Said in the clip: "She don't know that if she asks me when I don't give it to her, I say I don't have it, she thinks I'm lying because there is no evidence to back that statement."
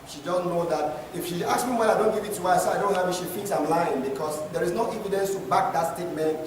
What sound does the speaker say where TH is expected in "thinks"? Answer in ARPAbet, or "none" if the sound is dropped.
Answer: F